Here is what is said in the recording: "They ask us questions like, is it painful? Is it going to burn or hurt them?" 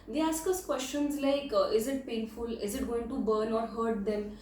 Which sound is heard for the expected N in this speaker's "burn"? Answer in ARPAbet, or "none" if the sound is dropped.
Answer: N